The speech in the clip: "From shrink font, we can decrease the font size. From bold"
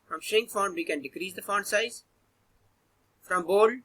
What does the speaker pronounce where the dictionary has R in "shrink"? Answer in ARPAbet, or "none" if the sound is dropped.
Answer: none